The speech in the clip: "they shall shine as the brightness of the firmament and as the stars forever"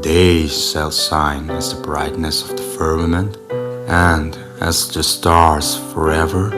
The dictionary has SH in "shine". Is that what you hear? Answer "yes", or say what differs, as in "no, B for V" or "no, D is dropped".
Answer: no, S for SH